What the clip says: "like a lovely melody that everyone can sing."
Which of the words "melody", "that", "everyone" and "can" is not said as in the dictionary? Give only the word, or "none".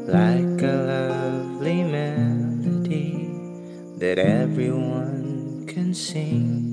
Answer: melody